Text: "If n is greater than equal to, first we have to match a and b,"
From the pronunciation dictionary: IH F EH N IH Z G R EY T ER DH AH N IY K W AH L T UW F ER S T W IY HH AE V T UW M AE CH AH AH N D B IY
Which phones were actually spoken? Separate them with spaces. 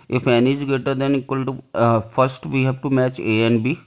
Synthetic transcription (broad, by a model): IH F EH N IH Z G EY T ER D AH N IY K W AH L T UW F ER S T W IY HH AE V T UW M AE CH AH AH N B IY